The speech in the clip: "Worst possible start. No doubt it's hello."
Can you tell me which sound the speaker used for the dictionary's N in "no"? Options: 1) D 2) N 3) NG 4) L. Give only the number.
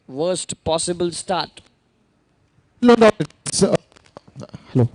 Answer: 4